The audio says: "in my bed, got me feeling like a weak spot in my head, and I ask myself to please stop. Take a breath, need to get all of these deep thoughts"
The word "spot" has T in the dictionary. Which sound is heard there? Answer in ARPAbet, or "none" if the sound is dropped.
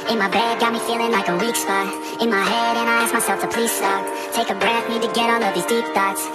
none